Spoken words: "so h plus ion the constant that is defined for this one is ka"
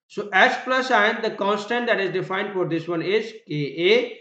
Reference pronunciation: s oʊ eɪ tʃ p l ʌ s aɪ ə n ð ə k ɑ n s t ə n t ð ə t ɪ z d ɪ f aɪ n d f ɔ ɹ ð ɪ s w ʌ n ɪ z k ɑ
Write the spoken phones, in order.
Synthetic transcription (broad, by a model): s oʊ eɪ s p l ʌ s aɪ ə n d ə k ɑ n s t ə n t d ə t ɪ z d ɪ f aɪ n d f ɔ ɹ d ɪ s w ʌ n ɪ z k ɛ